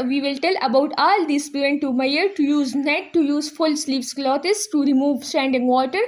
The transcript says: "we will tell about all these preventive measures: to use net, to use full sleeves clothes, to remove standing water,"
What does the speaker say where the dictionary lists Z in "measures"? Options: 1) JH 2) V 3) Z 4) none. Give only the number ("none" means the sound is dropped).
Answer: 4